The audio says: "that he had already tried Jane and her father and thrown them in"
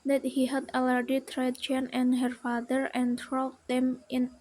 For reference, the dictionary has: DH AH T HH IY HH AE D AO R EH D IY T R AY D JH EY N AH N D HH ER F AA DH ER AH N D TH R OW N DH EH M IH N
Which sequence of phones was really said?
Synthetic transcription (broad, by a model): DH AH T HH IY HH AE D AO L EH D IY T R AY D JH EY N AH N HH ER F AA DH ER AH N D R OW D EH M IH N